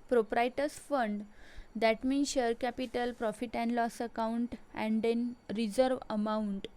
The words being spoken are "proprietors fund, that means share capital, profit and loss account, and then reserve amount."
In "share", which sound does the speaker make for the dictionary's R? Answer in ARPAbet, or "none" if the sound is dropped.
R